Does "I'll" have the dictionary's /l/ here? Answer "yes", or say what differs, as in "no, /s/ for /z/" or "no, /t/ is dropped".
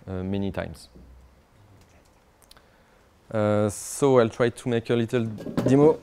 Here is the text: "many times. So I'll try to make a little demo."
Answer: yes